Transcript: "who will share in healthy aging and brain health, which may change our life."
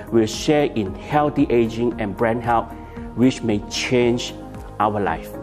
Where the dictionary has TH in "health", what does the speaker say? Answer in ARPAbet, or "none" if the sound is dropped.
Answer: T